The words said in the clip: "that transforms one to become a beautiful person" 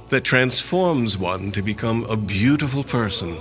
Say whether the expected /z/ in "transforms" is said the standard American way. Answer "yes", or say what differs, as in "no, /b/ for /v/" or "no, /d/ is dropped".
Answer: yes